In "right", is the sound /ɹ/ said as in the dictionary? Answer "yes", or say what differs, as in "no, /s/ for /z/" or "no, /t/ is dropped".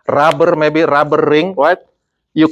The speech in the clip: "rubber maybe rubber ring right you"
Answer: no, /w/ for /ɹ/